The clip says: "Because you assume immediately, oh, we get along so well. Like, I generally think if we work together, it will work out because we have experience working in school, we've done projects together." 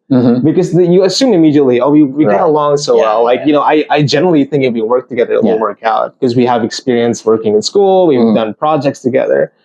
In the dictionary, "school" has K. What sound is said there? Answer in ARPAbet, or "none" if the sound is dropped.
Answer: K